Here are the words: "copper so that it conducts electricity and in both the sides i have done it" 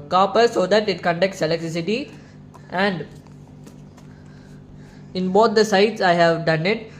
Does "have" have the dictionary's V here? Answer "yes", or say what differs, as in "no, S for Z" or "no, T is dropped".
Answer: yes